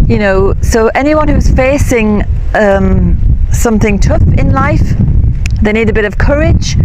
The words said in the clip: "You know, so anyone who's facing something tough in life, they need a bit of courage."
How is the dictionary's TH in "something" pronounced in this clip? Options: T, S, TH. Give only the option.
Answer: TH